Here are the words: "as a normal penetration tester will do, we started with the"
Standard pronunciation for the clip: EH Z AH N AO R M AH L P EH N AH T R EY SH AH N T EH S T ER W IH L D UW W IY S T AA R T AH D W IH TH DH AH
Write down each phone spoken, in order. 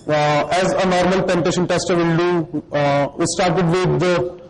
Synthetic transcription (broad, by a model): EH Z AH N AO R M AH L P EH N T EY SH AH N T EH S T ER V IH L D UW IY S T AA R T AH D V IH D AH